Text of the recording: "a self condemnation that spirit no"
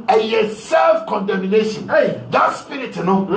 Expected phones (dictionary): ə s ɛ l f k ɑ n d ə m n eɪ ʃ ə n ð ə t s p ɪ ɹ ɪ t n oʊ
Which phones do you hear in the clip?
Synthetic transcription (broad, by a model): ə s ɛ l f k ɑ n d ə m n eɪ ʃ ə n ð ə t s p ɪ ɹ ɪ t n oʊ